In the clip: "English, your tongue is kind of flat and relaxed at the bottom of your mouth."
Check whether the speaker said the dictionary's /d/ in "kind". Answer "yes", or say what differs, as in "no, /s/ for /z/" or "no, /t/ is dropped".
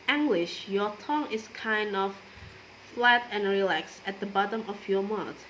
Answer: yes